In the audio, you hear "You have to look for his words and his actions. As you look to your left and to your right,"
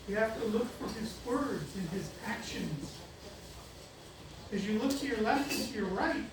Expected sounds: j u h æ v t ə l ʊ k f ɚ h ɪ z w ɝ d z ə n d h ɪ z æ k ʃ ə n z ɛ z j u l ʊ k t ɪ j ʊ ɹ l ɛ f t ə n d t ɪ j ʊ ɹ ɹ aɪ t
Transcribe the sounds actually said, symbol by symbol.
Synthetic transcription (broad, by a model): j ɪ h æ f t ə l ʊ k f ɚ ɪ z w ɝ d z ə n ɪ z æ k ʃ ə n z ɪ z j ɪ l ʊ k t ɪ j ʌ ɹ l ɛ f t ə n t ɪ j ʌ ɹ ɹ aɪ t